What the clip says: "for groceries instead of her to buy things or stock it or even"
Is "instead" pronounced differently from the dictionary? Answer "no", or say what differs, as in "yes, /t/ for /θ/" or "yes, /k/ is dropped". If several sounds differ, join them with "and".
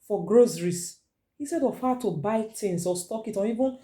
yes, /n/ is dropped